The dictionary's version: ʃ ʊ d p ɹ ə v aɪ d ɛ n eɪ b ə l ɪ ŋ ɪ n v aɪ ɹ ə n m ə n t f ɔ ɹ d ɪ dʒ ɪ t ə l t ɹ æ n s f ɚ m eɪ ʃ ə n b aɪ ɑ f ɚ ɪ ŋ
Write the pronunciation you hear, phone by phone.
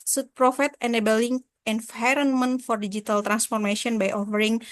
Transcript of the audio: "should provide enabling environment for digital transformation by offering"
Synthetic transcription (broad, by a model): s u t p ɹ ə f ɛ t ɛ n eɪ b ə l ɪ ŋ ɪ n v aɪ ɹ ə n m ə n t f ɔ ɹ d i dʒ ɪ t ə l t ɹ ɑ n s f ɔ m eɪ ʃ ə n b aɪ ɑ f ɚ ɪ ŋ